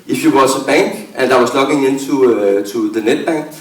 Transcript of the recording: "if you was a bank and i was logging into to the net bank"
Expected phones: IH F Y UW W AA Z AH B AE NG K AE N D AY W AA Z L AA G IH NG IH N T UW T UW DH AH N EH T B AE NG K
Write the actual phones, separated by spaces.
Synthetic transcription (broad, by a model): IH F Y UW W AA S AH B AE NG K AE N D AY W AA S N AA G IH NG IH N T UW S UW DH AH N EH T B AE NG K